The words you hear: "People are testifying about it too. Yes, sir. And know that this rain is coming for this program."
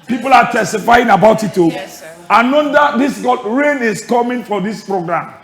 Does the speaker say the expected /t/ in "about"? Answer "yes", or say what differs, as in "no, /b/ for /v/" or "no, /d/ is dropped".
yes